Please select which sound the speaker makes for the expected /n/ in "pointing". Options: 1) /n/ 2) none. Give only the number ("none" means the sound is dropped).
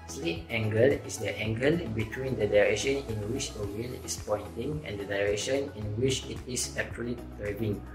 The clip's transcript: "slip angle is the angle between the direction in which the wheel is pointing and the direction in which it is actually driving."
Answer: 1